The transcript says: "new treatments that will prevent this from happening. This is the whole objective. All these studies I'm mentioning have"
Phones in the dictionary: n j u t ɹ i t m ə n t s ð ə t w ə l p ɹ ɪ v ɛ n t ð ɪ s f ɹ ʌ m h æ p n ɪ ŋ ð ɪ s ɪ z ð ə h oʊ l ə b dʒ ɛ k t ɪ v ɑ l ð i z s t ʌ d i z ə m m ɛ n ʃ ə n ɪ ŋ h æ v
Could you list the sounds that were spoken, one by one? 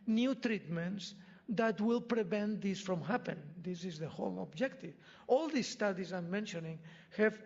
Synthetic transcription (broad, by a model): n j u t ɹ i t m ə n t s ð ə t w ə l p ɹ ɪ v ɛ n t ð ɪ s f ɹ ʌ m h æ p ɪ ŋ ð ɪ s ɪ z ð ə h oʊ l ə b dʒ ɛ k t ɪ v ɑ l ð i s t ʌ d i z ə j m ɛ n ʃ ə n ɪ ŋ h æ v